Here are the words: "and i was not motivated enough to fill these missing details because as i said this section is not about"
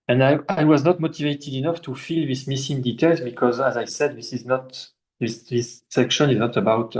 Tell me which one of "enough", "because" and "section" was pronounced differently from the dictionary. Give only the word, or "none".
none